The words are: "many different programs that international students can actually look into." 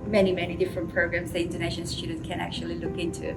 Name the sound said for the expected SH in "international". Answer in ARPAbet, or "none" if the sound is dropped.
none